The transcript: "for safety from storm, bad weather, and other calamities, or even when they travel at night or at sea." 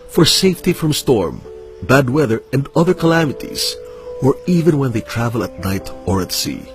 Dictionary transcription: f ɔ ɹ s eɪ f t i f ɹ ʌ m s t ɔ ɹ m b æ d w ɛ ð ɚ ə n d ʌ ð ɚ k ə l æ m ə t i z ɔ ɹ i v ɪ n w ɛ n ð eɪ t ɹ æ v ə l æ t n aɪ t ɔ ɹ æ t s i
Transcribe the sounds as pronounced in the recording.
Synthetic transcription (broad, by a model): f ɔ ɹ s eɪ f t i f ɹ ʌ m s t ɔ ɹ m b æ d w ɛ ð ɚ ə n d ʌ ð ɚ k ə l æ m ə t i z ɔ ɹ i v ɪ n w ɛ n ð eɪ t ɹ æ v ə l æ t n aɪ t ɔ ɹ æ t s i